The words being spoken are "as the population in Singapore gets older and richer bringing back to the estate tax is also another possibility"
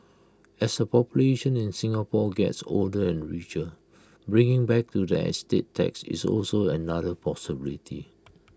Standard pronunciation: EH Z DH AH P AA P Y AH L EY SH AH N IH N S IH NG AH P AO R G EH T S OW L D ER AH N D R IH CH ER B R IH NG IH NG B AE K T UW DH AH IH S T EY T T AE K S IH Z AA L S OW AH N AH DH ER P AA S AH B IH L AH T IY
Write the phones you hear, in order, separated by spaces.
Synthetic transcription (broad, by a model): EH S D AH P AA P Y AH L EY SH AH N IH N S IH NG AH P AO G EH T S OW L D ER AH N R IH CH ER B R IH NG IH NG B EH K T UW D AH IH S T EY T T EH K S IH S AA L S OW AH N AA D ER P AA S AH B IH L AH T IY